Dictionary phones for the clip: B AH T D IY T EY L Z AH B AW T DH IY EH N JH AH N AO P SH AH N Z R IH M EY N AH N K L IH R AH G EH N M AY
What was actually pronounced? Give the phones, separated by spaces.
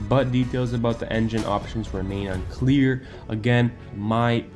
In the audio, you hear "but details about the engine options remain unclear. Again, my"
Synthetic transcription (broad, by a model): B AH T D IY T EY L Z AH B AW T DH IY EH N JH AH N AO P SH AH N Z R IH M EY N AH N K L IH R AH G EH N M AY